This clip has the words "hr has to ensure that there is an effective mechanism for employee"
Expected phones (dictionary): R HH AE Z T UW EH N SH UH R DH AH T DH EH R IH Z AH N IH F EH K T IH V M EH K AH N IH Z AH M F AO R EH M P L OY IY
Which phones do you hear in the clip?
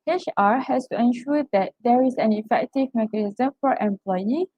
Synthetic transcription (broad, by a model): R HH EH S T UW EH N SH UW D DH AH T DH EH R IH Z AH N IH F EH K T IH V M EH K AH N IH Z AH M F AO R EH M P L OY IY